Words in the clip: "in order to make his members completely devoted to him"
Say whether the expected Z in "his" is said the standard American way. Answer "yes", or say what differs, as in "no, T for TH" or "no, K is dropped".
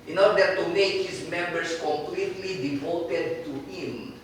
no, S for Z